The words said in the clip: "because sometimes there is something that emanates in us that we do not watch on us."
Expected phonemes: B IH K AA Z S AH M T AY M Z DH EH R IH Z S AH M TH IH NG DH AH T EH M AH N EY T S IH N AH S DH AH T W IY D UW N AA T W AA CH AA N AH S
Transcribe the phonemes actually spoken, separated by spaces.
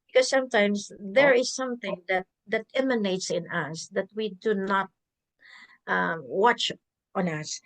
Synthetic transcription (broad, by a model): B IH K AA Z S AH M T AY M S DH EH R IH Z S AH M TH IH NG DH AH T EH M AH N EY T S IH N AH S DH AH T W IY D UW N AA T W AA CH AA N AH S